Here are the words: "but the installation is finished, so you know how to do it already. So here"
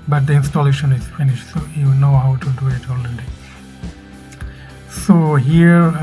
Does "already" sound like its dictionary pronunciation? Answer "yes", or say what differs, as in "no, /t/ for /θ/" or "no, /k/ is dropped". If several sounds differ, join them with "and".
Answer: no, /l/ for /ɹ/